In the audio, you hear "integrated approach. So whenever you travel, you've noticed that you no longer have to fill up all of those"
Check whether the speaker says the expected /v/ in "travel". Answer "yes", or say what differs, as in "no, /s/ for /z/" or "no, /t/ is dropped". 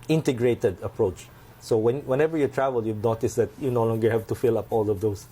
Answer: yes